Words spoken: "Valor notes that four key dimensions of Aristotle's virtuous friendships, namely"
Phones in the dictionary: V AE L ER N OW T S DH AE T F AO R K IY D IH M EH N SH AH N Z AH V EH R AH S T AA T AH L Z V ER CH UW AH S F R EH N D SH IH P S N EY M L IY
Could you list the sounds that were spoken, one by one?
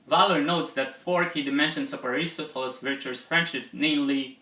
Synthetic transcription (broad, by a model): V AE L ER N OW T S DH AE T F AO R K IY D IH M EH N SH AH N S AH P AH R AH S T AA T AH L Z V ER CH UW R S F R EH N D SH IH P S N EY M L IY